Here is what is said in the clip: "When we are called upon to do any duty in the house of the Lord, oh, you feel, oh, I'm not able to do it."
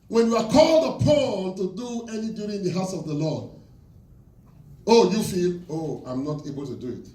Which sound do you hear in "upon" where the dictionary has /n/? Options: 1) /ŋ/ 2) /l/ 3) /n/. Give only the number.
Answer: 2